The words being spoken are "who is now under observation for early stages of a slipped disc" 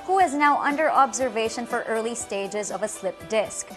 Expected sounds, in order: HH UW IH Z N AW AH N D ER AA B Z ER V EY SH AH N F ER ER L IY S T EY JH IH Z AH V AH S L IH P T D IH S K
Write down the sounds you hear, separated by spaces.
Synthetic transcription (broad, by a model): HH UW IH Z N AW AH N D ER AA B Z ER V EY SH AH N F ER ER L IY S T EY JH IH Z AH V AH S L IH P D IH S K